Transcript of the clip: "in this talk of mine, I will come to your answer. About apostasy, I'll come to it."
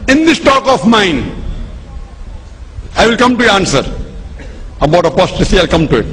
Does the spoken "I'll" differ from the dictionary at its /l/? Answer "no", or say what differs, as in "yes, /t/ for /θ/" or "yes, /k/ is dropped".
no